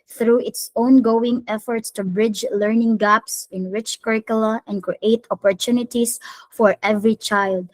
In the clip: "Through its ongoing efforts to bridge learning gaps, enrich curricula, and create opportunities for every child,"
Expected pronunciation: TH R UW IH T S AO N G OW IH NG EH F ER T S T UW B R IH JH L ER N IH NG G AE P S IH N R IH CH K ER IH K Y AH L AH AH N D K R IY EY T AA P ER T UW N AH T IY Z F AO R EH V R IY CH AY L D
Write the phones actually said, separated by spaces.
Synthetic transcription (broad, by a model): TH R UW IH T S AO N G OW IH NG EH F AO T S T UW B R IH JH L ER N IH NG G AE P S IH N R IH CH K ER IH K Y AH L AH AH N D K R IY EY T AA P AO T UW N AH T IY S F AO R EH V R IY CH AY L D